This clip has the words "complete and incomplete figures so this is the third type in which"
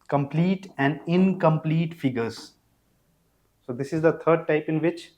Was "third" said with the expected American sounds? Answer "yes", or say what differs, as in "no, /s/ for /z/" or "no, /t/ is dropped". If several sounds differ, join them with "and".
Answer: no, /t/ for /θ/